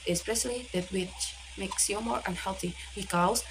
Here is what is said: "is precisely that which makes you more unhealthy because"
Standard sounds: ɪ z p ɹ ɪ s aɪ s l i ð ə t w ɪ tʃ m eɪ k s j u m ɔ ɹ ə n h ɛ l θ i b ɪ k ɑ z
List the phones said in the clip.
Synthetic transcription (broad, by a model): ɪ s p ɹ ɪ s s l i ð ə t w ɪ tʃ m eɪ k s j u m ɔ ɹ ə n h ɛ l θ i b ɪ k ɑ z